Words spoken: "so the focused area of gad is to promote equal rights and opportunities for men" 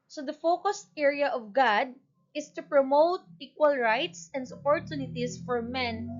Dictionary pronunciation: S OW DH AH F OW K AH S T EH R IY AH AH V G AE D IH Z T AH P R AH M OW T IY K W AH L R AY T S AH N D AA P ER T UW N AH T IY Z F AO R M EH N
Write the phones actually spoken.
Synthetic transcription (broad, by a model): S OW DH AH F OW K AH S T EH R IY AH AH V G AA D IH S T AH P R AH M OW T IY K W AH L R AY T S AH N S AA P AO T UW N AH T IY S F AO R M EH N